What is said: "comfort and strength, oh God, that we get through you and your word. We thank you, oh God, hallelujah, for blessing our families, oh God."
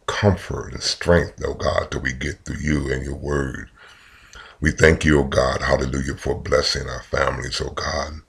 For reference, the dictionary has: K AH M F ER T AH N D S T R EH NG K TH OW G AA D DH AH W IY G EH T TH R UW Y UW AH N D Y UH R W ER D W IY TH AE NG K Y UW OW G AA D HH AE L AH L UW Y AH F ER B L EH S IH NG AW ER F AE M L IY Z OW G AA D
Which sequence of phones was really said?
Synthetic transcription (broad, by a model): K AH M F ER T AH N S T R EH NG K TH OW G AA D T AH W IY G EH T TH UW Y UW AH N Y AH R W ER D W IY TH AE NG K Y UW OW G AA D HH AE L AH L UW Y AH F ER B L EH S IH NG AW ER F AE M L IY Z OW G AA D